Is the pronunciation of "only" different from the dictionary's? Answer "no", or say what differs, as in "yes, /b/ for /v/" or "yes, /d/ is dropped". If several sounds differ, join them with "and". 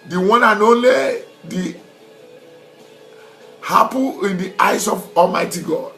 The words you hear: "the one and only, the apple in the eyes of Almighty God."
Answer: yes, /n/ is dropped